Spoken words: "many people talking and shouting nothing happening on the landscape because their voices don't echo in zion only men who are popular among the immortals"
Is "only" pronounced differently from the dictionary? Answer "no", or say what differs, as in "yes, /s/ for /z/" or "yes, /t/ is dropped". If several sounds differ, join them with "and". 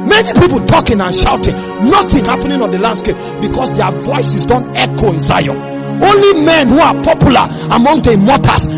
no